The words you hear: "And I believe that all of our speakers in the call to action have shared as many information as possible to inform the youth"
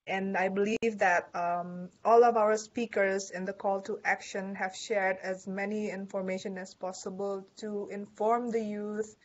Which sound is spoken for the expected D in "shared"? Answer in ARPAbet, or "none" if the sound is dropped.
D